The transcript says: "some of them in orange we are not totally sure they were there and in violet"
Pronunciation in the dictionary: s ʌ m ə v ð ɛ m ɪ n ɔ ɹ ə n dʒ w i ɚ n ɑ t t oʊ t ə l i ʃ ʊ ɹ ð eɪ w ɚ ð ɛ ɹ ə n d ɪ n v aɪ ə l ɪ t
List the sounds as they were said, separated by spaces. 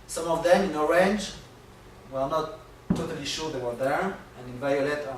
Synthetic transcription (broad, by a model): s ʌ m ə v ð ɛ m ɪ n ɔ ɹ ə n dʒ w ɚ n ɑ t t oʊ t ə l i ʃ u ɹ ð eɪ w ɚ ð ɛ ɹ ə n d ɪ n v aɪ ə l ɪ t